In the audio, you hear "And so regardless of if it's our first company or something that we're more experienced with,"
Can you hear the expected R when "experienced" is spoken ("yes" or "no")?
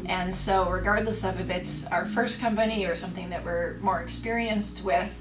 yes